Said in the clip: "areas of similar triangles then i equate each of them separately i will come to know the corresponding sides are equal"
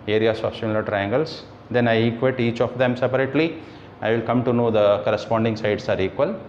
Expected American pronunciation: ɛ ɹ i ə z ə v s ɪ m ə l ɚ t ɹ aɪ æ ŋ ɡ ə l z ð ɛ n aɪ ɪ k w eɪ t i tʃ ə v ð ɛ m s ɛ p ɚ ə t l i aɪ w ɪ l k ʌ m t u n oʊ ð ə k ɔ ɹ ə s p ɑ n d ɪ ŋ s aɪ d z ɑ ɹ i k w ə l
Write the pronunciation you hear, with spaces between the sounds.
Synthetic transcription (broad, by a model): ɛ ɹ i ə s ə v s ɪ m ə l ɚ t ɹ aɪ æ ŋ ɡ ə l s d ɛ n aɪ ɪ k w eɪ t i tʃ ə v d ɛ m s ɛ p ɚ ə t l i aɪ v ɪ l k ʌ m t u n oʊ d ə k ɔ ɹ ə s p ɑ n d ɪ ŋ s aɪ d s ɑ ɹ i k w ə l